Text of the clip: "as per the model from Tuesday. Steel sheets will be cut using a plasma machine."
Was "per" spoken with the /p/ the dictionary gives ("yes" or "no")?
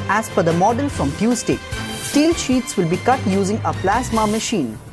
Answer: no